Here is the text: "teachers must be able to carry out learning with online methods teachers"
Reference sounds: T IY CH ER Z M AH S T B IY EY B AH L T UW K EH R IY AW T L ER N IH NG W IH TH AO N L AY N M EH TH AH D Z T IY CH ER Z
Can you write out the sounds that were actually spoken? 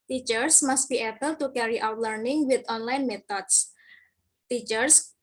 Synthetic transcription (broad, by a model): T IY CH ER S M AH S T B IY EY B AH L T UW K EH R IY AW T L ER N IH NG W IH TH AO N L AY N M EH T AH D S T IY CH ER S